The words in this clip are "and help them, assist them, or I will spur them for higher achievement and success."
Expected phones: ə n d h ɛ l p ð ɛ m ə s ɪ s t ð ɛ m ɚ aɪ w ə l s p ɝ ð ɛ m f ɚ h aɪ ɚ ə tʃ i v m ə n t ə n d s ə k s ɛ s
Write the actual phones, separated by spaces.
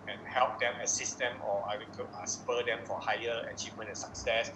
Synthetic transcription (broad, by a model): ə n h ɛ l p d ɛ m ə s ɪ s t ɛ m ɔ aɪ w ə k s p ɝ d ɛ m f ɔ h aɪ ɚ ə tʃ i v m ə n ə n s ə k s ɛ s